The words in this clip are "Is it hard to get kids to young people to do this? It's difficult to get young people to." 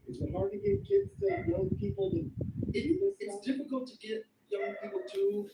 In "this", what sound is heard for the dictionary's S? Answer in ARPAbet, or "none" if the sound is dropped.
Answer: none